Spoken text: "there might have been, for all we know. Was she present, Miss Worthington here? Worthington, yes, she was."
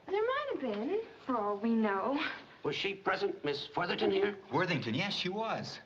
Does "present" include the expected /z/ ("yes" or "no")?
yes